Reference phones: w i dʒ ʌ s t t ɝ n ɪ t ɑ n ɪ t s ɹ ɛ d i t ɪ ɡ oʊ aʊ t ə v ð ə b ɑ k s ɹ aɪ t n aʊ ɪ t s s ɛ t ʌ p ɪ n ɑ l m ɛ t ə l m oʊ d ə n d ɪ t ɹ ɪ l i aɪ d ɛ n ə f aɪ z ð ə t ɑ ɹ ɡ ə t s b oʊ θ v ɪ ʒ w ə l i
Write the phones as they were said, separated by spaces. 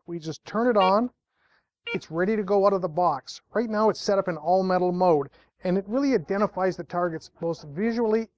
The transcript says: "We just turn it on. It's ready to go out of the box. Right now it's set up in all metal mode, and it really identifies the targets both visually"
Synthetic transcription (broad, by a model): w i dʒ ʌ s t t ɝ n ɪ t n ɪ t s ɹ ɛ d i t ɪ ɡ oʊ aʊ t ə v ð ə b ɑ k s ɹ aɪ t n aʊ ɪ t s s ɛ t ʌ p ɪ n ɑ l m ɛ t l m oʊ d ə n ɪ t ɹ ɪ l i aɪ d ɛ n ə f aɪ z ð ə t ɑ ɹ ɡ ə t s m oʊ t v ɪ ʒ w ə l i